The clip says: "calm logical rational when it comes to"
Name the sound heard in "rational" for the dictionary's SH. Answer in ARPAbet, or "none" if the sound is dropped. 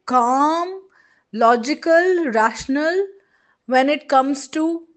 SH